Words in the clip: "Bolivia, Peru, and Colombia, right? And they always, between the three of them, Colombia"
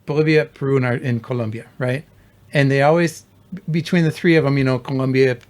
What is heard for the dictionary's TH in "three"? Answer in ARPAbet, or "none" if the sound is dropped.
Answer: TH